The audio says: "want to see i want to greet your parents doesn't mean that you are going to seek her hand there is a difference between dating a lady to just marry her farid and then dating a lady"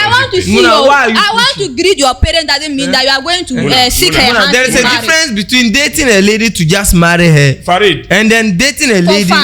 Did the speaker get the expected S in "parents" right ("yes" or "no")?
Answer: no